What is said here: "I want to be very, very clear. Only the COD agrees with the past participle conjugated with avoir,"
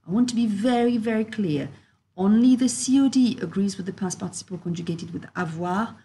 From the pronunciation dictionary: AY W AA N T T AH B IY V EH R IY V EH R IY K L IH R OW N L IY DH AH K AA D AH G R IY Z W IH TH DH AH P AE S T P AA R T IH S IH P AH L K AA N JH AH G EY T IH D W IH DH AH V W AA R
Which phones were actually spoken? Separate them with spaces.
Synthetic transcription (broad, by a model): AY W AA N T T AH B IY V EH R IY V EH R IY K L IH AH OW N L IY DH AH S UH D AH G R IY Z W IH DH AH P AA S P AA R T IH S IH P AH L K AA N JH AH G EY T IH D W IH DH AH V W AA